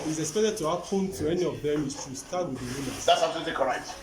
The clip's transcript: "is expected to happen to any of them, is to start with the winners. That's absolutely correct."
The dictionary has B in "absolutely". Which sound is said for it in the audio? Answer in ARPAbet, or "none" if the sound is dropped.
none